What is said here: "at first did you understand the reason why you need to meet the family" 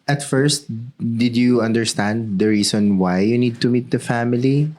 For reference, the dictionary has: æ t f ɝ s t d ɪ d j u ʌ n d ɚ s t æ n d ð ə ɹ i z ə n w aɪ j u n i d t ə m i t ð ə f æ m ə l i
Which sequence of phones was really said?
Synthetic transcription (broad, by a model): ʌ t f ɝ s t d ɪ d j u ʌ n d ɚ s t æ n d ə ɹ i s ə n w aɪ j u n i d t ə m i t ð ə f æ m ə l i